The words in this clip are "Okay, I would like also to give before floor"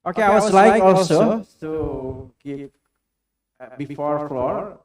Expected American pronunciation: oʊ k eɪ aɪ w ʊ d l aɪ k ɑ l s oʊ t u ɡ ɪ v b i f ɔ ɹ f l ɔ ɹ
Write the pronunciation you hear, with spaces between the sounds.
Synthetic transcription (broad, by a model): oʊ k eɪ aɪ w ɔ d l aɪ k ɑ l s oʊ t u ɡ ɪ p b i f ɔ ɹ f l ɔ ɹ